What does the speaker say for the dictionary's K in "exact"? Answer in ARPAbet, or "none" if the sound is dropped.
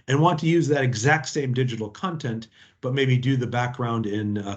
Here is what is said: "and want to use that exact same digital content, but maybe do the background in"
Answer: K